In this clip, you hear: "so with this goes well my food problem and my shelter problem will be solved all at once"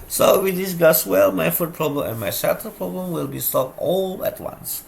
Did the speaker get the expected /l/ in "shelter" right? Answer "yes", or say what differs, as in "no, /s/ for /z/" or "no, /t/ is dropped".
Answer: no, /l/ is dropped